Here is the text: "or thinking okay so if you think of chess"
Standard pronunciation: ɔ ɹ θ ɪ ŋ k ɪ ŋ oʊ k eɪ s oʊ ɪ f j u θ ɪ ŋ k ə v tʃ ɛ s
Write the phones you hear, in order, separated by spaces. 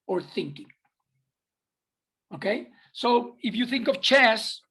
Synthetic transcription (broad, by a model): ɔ ɹ θ ɪ ŋ k ɪ ŋ oʊ k eɪ s oʊ ɪ f j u θ ɪ ŋ k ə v tʃ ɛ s